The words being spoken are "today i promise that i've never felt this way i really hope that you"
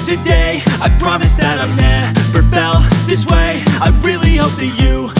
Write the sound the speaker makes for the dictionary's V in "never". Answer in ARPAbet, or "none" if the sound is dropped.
P